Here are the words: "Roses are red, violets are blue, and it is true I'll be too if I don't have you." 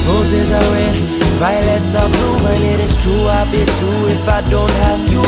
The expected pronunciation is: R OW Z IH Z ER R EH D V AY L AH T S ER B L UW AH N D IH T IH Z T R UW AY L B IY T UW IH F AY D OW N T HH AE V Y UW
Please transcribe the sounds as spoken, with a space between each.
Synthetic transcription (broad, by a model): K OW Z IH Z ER W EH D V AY L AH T S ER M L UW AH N IH T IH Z T R UW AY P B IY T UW IH F AY D OW N T HH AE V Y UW